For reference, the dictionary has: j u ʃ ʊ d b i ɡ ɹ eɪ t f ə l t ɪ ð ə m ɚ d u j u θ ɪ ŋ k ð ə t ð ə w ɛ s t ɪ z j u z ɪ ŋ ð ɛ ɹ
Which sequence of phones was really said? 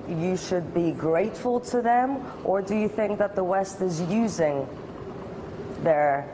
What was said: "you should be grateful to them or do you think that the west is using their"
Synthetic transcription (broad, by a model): j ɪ ʃ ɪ d b i ɡ ɹ eɪ t f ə l t ɪ ð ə m ɚ d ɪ j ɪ θ ɪ ŋ k ð ə t ð ə w ɛ s t ɪ z j u z ɪ ŋ ð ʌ ɹ